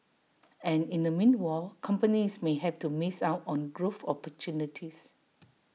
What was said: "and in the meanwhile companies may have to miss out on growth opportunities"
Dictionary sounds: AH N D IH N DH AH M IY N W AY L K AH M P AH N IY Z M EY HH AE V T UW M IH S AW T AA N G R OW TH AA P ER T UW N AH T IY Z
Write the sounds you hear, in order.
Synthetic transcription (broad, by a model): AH N IH N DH AH M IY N W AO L K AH M P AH N IY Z M EY HH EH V T UW M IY S AW T AA N G R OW F AA P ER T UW N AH T IY S